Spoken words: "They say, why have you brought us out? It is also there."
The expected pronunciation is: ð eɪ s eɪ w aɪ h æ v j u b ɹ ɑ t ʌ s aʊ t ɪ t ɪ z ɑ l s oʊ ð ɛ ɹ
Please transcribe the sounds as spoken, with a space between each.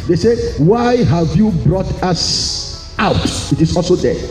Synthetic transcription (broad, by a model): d eɪ s eɪ w aɪ h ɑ v j u b ɹ ɑ t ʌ s aʊ t ɪ t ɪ s ɑ l s oʊ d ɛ